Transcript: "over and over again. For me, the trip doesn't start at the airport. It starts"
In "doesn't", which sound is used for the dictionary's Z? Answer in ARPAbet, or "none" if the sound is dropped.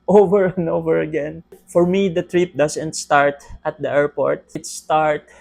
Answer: S